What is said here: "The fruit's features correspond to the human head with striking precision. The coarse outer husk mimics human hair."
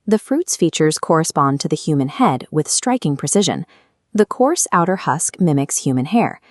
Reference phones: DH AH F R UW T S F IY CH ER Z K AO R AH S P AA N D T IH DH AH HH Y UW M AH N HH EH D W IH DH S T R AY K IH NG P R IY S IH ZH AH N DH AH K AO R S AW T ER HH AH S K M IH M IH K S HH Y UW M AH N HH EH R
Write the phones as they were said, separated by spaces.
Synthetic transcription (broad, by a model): DH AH F R UW T S F IY CH ER Z K AO R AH S P AA N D T IH DH AH HH Y UW M AH N HH EH D W IH DH S T R AY K IH NG P R IY S IH ZH AH N DH AH K AO R S AW T ER HH AH S K M IH M IH K S HH Y UW M AH N HH EH R